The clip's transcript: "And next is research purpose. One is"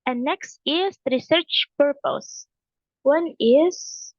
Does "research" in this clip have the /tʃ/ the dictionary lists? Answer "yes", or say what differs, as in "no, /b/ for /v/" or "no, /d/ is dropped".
yes